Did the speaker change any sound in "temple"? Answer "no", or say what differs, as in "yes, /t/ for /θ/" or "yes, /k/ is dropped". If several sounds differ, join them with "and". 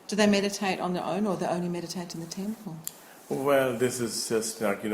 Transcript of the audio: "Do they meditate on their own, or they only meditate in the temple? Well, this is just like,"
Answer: no